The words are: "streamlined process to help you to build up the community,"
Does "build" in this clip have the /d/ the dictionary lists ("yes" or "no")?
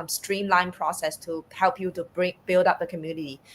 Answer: yes